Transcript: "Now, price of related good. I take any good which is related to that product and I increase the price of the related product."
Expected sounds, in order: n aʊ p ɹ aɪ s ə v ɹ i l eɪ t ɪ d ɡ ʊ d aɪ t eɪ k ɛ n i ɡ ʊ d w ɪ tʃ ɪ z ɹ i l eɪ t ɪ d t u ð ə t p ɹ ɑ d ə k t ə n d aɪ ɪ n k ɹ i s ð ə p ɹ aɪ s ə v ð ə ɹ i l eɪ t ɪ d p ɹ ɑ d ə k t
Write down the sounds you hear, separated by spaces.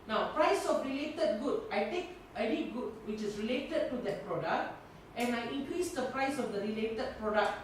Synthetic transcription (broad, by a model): n aʊ p ɹ aɪ s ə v ɹ i l eɪ t ɪ d ɡ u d aɪ t eɪ k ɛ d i ɡ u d w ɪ tʃ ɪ s ɹ i l eɪ t ɪ d t u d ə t p ɹ ɑ d ə k t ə n aɪ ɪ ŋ k ɹ i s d ə p ɹ aɪ s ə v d ə ɹ i l eɪ t ɪ d p ɹ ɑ d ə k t